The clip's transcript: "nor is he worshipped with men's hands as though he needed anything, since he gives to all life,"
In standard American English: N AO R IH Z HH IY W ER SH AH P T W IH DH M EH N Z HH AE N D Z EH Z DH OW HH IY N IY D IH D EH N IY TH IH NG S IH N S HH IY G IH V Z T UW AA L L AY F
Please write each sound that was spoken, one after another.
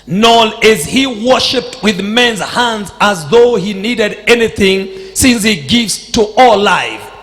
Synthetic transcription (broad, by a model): N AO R IH Z HH IY W ER SH AH P T W IH DH M EH N Z HH AE N D Z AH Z DH OW HH IY N IY D IH D EH N IY TH IH NG S IH N S HH IY G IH V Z T UW AA L L AY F